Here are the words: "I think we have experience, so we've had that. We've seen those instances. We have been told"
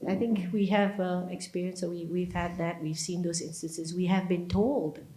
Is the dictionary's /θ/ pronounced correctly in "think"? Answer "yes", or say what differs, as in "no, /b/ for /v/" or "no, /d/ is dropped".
yes